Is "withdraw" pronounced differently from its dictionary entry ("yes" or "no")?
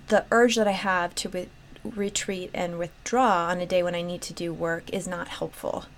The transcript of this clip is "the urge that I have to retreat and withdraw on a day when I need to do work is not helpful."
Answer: no